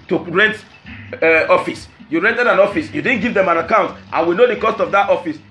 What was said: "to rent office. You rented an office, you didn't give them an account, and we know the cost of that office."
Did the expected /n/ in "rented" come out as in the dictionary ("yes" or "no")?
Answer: yes